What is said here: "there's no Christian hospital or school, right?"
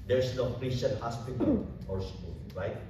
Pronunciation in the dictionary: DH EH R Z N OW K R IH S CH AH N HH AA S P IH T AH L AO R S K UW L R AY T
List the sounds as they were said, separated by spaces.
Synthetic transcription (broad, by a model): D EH R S N OW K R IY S AH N HH AA S P IH T AH L AO R S K UW L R AY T